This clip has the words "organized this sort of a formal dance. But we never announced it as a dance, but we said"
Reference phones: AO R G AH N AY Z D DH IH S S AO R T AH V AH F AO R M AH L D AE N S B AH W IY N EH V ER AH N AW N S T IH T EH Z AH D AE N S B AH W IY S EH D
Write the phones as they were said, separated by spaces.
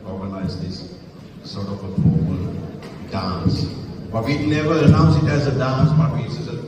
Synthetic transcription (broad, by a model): AO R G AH N AY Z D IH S S AO R T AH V AH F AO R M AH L D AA N S B AH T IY N EH V ER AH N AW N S IH T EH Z AH D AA N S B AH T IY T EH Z